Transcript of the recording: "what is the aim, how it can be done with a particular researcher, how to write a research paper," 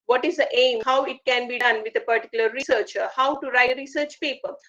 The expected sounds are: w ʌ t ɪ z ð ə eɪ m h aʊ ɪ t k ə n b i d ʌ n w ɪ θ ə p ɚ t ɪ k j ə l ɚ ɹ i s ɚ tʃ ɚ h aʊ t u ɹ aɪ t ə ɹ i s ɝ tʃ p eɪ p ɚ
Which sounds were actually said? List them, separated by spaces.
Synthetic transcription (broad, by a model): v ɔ t ɪ z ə eɪ m h aʊ ɪ t k ə n b i d ʌ n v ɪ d ə p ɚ t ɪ k j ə l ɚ ɹ i s ɚ tʃ ɚ h aʊ t u ɹ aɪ ə ɹ i s ɝ tʃ p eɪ p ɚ